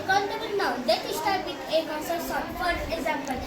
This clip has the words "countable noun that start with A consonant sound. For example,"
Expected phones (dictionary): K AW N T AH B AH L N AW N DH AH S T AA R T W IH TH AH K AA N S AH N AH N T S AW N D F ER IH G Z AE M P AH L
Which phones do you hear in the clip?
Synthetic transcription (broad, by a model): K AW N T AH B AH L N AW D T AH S T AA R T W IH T AH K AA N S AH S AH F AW D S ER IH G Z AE M P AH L